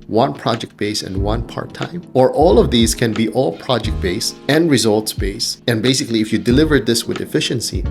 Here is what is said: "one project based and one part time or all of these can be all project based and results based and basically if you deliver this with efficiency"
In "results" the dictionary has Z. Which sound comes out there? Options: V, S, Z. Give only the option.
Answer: Z